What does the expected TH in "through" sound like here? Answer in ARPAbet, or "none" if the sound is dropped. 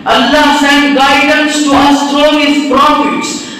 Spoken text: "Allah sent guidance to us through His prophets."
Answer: T